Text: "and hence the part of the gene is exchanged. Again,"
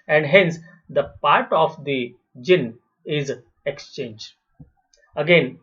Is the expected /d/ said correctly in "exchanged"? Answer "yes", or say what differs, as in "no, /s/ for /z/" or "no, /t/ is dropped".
no, /d/ is dropped